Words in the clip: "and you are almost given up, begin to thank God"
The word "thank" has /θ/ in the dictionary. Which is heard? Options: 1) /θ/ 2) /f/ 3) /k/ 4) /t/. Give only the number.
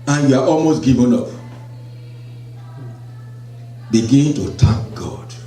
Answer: 4